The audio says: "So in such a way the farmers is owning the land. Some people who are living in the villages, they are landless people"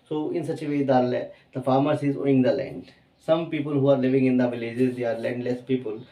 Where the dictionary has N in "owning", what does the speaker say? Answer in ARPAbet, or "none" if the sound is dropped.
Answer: none